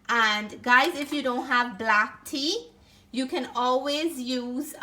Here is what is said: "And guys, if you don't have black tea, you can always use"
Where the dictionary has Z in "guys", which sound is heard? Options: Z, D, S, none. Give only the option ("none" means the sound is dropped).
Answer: Z